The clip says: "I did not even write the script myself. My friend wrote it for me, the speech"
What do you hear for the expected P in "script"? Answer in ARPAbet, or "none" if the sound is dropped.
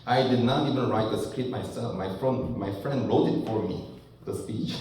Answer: none